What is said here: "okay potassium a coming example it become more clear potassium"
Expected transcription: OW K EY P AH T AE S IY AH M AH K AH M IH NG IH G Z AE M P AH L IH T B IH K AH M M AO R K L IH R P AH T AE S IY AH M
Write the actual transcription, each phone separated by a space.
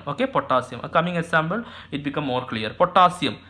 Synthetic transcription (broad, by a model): OW K EY P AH T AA S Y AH M AH K AH M IH NG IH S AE M B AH L IH T B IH K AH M M AO R K L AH R P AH T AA S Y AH M